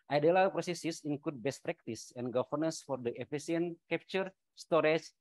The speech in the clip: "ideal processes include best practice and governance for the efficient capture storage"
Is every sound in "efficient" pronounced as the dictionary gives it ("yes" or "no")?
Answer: no